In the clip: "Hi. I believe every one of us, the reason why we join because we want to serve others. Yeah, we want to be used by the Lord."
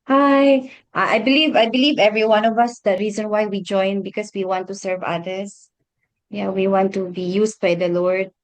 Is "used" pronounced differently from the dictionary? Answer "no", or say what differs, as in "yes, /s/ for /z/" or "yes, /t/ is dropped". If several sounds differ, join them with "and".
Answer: yes, /s/ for /z/